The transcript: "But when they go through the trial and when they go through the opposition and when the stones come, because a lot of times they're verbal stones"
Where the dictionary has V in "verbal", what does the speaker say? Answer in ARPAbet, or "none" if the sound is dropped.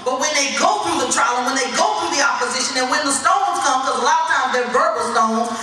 B